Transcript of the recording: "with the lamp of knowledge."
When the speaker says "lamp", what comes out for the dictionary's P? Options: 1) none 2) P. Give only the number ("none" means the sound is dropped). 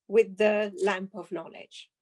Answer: 2